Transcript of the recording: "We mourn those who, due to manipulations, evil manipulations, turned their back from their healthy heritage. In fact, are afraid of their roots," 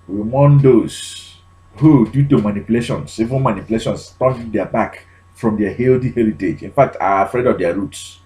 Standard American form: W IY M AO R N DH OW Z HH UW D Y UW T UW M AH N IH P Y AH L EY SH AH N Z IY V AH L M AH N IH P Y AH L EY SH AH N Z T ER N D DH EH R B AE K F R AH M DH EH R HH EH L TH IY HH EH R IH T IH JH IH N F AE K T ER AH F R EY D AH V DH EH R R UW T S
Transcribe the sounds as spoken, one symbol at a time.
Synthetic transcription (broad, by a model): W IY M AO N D OW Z HH UW D Y UW T UW M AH N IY P Y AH L EY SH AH N S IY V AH N M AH N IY P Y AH L EY SH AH N S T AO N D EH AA B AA K F R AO M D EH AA HH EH L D IY HH EH R IH T IH JH IH N F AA K T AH F R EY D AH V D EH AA R UW T S